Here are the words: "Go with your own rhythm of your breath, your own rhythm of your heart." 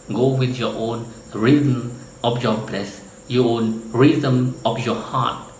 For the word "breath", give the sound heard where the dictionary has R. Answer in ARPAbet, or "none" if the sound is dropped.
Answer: L